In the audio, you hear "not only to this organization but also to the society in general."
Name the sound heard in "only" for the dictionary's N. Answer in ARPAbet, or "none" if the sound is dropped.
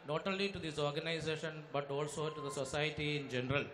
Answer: none